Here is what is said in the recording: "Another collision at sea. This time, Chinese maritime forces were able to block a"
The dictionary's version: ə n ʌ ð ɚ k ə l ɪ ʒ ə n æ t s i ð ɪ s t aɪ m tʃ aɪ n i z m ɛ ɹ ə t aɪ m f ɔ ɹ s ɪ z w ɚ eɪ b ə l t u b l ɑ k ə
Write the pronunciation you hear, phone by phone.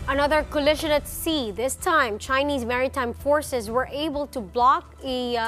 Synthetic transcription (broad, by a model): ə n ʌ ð ɚ k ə l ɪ ʃ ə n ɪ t s i ð ɪ s t aɪ m tʃ aɪ n i z m ɛ ɹ ə t aɪ m f ɔ ɹ s ɪ z w ɚ eɪ b ə l t u b l ɑ k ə